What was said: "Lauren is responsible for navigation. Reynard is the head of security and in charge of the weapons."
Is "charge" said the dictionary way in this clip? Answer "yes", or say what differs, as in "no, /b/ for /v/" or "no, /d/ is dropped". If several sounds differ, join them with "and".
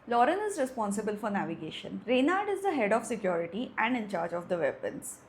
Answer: yes